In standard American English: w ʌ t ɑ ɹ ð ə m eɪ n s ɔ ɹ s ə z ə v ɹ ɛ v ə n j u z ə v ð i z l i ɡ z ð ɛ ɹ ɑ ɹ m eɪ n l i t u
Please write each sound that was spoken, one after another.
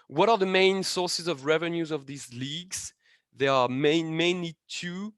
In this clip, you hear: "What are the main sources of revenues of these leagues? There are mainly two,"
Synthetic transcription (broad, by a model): w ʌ t ɑ ɹ ð ə m eɪ n s ɔ ɹ s ə z ə v ɹ ɛ v ə n j u z ə v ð i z l i ɡ z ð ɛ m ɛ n m eɪ n l i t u